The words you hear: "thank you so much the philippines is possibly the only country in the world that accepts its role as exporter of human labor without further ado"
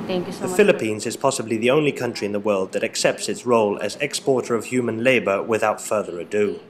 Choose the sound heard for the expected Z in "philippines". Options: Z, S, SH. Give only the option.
Z